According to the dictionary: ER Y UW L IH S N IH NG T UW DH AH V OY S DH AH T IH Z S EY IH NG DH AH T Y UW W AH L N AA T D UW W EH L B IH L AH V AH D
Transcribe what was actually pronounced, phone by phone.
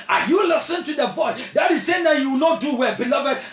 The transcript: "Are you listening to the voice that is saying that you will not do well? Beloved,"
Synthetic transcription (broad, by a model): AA Y UW L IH S IH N T UW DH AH V OY S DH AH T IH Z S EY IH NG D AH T Y UW W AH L N AA T D UW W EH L B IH L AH V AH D